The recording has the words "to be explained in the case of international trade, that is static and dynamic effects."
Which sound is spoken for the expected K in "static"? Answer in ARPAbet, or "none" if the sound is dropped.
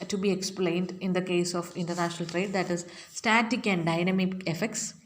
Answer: K